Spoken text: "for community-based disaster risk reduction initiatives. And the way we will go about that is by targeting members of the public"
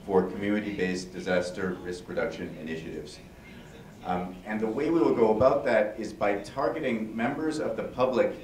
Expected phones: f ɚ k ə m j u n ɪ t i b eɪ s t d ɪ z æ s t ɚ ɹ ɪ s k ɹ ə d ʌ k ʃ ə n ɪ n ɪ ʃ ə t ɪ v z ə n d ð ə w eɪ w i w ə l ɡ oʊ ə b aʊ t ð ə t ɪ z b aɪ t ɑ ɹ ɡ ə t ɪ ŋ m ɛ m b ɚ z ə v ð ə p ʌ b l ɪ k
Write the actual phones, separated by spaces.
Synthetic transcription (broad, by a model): f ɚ k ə m j u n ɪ t i b eɪ s d ɪ z æ s t ɚ ɹ ɪ s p ɹ ə d ʌ k ʃ ə n ɪ n ɪ ʃ ə t ɪ v z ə n ð ə w eɪ w i w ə l ɡ oʊ ə b aʊ t ð ə t ɪ z b aɪ t ɑ ɹ ɡ ə t ɪ ŋ m ɛ m b ɚ z ə v ð ə p ʌ b l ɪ k